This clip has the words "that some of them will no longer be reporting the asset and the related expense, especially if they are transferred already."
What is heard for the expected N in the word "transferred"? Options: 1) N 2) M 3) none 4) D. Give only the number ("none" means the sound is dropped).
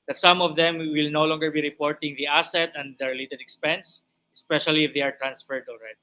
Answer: 1